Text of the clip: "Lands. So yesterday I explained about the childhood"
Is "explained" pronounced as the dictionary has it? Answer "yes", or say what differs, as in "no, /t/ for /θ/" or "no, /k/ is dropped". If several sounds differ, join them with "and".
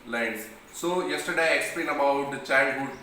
no, /d/ is dropped